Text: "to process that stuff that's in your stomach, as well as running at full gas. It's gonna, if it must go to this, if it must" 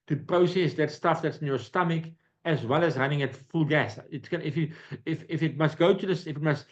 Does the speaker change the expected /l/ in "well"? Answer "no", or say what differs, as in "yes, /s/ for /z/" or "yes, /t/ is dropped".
no